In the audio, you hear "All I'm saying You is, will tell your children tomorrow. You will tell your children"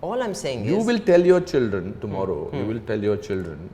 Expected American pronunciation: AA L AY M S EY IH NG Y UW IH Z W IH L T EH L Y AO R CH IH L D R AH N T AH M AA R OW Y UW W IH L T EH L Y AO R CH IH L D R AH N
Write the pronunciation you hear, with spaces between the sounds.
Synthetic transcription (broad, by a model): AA L AY M S EY IH NG Y UW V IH L T EH L Y AO R CH IH L D R AH N T AH M AA R OW Y UW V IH L T EH L Y AO R CH IH L D R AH N